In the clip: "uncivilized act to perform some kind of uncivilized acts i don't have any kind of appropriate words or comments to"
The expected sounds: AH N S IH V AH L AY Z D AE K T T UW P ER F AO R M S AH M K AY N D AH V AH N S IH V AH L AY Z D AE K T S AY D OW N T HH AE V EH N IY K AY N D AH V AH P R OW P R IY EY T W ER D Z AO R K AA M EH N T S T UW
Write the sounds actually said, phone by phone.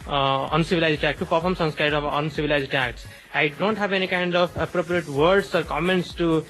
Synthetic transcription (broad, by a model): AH N S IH V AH L AY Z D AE K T T UW P ER F AO R M S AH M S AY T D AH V AH N S IH V AH L AY Z D AE K T S AY D OW N T HH AE V EH N IY K AY N D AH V AH P R OW P R IY EY T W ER D S AO R K AA M EH N T S T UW